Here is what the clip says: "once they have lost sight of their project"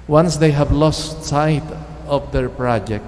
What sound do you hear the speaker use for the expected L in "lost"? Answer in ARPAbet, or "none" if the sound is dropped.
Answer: L